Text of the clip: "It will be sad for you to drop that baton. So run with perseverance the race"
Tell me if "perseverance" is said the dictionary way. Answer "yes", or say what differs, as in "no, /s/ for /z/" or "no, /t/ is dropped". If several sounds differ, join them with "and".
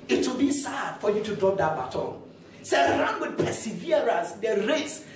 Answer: no, /n/ is dropped